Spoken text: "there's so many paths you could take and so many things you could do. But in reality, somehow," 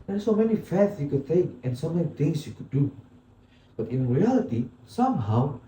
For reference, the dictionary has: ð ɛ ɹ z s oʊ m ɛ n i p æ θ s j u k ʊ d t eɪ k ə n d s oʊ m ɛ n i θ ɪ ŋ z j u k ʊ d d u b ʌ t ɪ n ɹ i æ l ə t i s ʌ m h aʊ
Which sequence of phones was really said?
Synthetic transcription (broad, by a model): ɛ s oʊ m ɛ n i f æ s j u k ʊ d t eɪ k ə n s oʊ m ɛ n i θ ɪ ŋ s j u k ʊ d d u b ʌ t ɪ n ɹ i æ l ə t i s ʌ m h aʊ